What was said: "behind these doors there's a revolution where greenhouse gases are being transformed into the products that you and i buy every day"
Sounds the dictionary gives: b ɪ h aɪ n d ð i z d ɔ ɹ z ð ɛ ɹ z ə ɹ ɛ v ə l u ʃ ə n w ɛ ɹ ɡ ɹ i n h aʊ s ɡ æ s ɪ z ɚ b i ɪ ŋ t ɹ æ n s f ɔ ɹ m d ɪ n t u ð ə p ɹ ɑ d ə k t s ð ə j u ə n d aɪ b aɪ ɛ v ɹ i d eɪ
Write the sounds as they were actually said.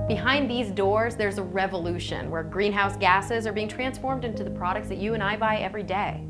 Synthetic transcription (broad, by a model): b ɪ h aɪ n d ð i z d ɔ ɹ z ð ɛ ɹ z ə ɹ ɛ v ə l u ʃ ə n w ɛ ɹ ɡ ɹ i n h aʊ s ɡ æ s ɪ z ɚ b i ɪ ŋ t ɹ æ n s f ɔ ɹ m d ɪ n t u ð ə p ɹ ɑ d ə k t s ð ə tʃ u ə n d aɪ b aɪ ɛ v ɹ i d eɪ